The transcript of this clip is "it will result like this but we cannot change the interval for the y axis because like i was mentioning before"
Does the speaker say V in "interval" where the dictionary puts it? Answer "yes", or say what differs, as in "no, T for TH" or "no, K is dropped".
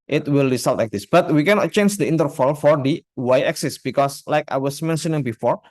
no, F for V